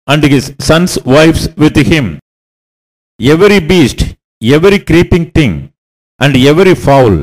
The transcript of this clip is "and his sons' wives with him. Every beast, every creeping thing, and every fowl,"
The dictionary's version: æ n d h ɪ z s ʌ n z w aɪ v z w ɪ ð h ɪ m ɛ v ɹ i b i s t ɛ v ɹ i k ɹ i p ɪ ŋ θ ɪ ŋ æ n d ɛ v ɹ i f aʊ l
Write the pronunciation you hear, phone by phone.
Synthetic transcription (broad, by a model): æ n d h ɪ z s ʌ n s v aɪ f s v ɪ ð h ɪ m ɛ v ɹ i b i s t ɛ v ɹ i k ɹ i p ɪ ŋ t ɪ ŋ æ n d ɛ v ɹ i f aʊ l